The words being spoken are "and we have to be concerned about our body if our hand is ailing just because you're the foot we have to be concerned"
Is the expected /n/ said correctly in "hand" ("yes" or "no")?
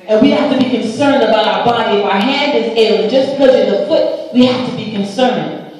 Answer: yes